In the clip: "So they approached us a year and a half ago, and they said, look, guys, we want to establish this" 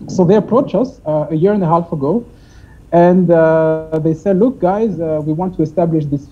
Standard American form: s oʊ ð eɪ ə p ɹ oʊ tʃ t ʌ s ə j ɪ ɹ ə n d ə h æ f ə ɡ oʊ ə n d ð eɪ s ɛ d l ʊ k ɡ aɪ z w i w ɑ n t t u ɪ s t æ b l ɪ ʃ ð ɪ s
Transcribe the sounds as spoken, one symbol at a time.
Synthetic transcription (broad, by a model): s oʊ ð eɪ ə p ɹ oʊ tʃ ʌ s ə j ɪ ɹ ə n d ə h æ f ə ɡ oʊ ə n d ð eɪ s ɛ d l ʊ k ɡ aɪ z w i w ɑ n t t u ɪ s t æ b l ɪ ʃ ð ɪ s